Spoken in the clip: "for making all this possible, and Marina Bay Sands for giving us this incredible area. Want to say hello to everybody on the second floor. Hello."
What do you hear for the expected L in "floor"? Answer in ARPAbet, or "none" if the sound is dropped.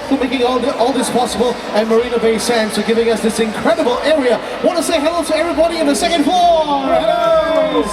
none